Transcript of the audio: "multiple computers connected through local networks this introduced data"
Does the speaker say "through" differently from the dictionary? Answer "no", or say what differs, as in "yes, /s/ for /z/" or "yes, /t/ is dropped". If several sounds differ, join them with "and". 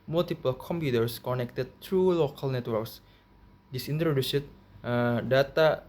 yes, /t/ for /θ/